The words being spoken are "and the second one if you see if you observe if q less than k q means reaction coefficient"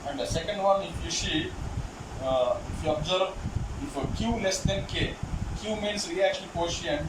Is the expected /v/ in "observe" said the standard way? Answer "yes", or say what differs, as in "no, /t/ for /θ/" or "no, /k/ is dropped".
no, /b/ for /v/